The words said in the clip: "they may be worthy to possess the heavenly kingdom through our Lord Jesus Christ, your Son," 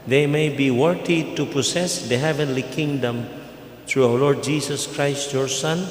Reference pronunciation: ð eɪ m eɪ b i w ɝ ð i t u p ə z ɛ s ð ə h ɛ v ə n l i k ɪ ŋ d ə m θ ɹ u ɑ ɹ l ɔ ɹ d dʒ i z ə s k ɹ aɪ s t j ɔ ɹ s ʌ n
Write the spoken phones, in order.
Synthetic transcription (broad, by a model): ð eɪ m eɪ b i w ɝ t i t u p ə s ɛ s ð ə h ɛ v ə n l i k ɪ ŋ d ə m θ ɹ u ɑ w l ɔ ɹ d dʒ i s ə s k ɹ aɪ s t j ɔ ɹ s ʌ n